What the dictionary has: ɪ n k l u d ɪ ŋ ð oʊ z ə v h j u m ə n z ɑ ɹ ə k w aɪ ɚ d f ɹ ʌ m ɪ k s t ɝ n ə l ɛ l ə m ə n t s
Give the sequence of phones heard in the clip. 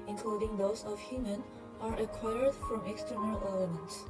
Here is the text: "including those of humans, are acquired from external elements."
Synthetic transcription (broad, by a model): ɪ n k l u d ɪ ŋ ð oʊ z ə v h j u m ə n ɑ ɹ ə k w aɪ ɚ d f ɹ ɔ m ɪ k s t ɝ n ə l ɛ l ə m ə n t s